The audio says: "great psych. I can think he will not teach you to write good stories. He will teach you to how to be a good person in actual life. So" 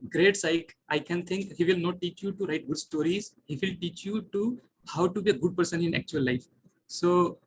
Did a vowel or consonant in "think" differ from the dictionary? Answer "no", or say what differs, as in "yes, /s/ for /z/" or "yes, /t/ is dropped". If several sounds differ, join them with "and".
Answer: yes, /t/ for /θ/